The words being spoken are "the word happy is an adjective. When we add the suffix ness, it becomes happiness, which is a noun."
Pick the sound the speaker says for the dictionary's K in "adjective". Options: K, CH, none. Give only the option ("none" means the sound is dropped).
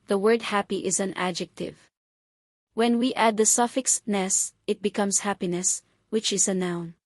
K